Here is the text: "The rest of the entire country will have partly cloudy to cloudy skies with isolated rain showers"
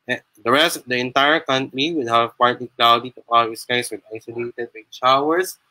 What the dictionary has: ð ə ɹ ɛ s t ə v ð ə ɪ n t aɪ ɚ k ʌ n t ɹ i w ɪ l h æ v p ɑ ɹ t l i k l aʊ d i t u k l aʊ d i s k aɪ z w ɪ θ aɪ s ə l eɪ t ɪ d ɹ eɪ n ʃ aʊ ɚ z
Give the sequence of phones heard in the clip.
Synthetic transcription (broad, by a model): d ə ɹ ɛ s t ə v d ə ɪ n t aɪ ɚ k ʌ n t ɹ i w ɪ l h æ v p ɑ ɹ t l i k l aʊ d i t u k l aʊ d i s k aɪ s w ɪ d aɪ s ə l eɪ t ɪ d w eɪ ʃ aʊ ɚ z